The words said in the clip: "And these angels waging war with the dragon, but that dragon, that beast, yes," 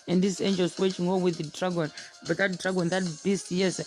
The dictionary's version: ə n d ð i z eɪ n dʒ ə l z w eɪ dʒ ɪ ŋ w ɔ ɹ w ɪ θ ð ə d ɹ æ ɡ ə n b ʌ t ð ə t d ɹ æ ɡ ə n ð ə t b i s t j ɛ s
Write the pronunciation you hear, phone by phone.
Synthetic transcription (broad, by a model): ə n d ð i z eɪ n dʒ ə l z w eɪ tʃ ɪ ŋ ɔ w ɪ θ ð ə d ɹ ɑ ɡ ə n b ʌ t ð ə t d ɹ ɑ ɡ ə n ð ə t b i s t j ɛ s